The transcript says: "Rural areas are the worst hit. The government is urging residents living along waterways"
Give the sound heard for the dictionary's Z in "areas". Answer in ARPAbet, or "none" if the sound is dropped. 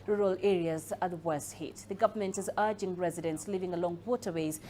Z